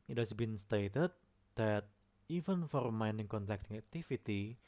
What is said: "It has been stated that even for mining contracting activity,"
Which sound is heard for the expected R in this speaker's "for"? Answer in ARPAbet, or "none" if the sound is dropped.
R